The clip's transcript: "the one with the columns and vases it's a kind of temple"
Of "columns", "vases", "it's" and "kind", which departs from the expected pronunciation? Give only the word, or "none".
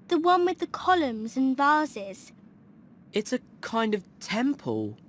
none